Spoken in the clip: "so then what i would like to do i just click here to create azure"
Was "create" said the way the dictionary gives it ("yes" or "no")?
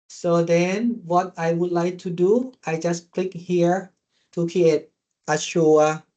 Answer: no